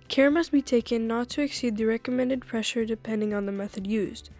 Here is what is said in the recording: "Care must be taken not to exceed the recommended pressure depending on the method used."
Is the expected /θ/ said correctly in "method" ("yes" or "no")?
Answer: yes